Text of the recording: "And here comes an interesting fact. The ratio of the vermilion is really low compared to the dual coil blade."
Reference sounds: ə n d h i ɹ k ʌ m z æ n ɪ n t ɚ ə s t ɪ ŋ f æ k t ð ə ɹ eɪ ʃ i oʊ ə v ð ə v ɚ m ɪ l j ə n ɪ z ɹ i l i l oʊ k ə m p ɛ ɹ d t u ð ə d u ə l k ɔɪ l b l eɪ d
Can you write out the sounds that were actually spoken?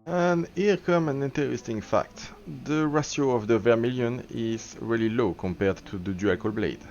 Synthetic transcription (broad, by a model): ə n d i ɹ k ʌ m æ n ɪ n t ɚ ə s t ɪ ŋ f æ k t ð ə ɹ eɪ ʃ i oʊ ə v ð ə v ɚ m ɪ l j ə n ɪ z ɹ i l i l oʊ k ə m p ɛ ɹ d t u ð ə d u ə k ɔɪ l b l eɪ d